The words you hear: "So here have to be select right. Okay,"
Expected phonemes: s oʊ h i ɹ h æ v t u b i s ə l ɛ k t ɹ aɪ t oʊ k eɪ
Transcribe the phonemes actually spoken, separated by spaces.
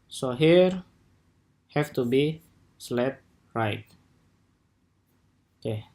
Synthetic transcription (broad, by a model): s oʊ h i ɹ h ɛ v t u b i s l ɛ t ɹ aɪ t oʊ k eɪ